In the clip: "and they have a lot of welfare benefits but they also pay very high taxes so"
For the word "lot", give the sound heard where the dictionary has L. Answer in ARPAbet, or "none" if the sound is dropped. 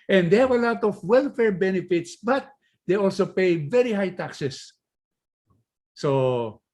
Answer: L